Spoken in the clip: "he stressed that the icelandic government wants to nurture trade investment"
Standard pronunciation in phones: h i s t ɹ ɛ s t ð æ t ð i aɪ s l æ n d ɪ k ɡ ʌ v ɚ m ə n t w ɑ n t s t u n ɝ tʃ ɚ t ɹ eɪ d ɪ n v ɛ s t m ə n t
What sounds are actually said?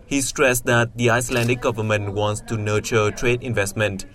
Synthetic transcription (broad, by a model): h i s t ɹ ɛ s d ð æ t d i aɪ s l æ n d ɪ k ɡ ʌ v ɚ m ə n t w ɑ n t s t u n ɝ tʃ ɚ t ɹ eɪ d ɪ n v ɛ s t m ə n t